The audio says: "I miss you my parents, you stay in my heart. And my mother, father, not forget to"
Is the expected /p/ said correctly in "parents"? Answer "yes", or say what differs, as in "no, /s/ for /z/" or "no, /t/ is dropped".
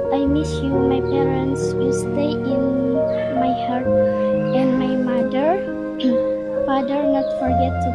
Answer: yes